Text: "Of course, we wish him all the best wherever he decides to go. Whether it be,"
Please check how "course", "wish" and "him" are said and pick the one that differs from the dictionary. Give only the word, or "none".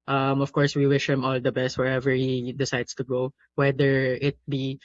none